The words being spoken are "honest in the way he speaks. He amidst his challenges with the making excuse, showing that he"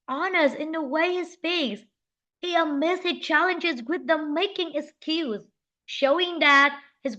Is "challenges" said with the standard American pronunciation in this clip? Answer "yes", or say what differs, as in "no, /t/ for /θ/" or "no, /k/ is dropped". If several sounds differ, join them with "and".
yes